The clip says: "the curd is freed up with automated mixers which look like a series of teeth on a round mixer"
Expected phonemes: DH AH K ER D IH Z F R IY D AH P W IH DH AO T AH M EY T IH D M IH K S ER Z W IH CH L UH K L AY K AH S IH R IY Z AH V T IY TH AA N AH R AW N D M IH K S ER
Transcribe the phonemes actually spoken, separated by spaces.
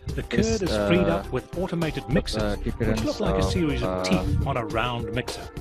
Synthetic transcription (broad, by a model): DH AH K ER D IH Z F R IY D AH P W IH DH AO T AH M EY T IH D M IH K S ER Z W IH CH L UH K L AY K AH S IH R IY Z AH V T IY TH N AH R AW N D M IH K S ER